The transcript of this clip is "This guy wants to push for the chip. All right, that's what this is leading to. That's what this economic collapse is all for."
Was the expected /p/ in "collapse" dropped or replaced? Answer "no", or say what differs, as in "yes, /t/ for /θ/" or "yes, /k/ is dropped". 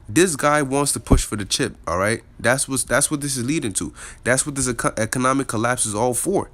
no